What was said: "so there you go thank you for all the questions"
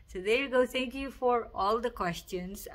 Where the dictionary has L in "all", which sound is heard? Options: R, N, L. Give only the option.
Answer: L